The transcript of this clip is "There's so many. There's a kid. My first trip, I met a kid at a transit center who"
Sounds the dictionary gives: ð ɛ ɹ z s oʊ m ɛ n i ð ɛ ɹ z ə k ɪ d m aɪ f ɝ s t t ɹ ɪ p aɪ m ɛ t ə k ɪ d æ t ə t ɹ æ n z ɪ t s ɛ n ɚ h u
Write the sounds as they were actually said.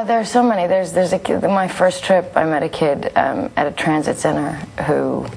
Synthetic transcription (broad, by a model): ð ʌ ɹ s oʊ m ɛ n i ð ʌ ɹ z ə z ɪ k m aɪ f ɝ s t t ɹ ɪ p aɪ m ɛ t ə k ɪ d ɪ t ə t ɹ æ n z ɪ t s ɛ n ɚ h u